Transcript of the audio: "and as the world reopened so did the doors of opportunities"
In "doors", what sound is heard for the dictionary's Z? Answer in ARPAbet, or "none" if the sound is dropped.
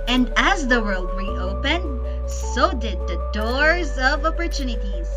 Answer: Z